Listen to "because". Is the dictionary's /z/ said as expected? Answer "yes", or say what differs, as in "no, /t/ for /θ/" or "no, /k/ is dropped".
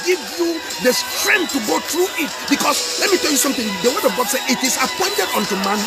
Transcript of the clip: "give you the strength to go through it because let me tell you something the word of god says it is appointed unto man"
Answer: no, /s/ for /z/